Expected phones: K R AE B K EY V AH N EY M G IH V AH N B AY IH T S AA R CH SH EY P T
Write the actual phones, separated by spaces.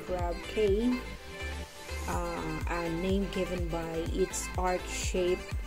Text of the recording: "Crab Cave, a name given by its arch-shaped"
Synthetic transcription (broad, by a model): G R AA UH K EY AH N EY M G IH V AH N B AY IH T S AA R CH SH EY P